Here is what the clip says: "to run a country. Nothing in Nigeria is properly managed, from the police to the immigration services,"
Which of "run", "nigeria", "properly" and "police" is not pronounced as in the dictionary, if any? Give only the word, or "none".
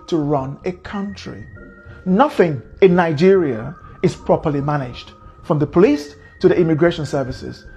none